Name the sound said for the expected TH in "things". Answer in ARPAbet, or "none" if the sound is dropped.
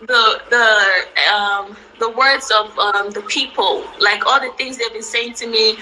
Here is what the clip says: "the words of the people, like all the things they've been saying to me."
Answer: TH